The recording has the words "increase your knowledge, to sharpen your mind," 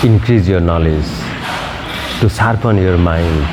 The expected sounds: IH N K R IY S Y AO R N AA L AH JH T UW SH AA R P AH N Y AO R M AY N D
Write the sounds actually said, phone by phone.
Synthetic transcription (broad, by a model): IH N K R IY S Y AO R N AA L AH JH T UW S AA R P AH N Y AO R M AY N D